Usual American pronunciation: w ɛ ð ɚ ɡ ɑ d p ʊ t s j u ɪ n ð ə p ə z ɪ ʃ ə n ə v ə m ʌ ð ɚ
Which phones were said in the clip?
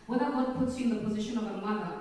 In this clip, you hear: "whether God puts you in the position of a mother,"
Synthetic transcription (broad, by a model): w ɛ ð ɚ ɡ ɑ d p ʊ t s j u ɪ n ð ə p ə z ɪ ʃ ə n ə v ə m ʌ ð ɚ